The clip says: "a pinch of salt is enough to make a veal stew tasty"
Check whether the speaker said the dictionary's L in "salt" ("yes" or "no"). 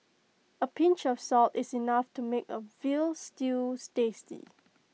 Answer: yes